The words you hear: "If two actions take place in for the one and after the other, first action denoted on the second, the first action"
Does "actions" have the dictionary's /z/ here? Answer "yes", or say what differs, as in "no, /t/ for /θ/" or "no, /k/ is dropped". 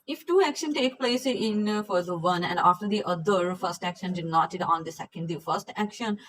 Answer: no, /z/ is dropped